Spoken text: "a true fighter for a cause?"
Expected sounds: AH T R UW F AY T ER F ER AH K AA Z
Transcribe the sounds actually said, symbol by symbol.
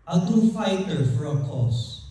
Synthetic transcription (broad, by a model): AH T UW F AY T ER F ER AH K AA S